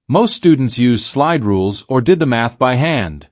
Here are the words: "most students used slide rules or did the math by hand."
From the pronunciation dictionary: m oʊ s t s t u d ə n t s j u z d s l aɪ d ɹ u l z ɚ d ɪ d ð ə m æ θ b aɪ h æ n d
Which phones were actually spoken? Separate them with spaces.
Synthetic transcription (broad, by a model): m oʊ s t s t u d n t s j u z d s l aɪ d ɹ u l z ɚ d ɪ d ð ə m æ θ b aɪ h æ n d